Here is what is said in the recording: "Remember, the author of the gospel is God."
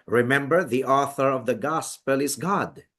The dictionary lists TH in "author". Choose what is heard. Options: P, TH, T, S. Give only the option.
TH